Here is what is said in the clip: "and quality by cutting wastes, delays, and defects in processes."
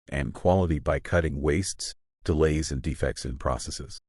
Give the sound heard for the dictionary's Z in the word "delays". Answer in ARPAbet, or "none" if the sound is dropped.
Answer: Z